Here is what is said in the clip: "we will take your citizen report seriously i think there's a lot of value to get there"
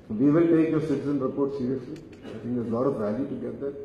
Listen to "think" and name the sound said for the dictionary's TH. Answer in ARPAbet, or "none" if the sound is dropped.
T